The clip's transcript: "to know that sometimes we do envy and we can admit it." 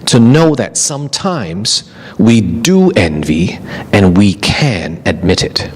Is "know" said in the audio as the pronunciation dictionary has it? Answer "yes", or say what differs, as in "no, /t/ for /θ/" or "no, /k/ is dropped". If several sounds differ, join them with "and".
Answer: yes